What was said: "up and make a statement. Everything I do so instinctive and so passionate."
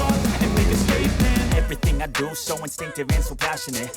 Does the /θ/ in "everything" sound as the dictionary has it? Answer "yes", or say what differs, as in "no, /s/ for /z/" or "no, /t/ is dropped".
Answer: yes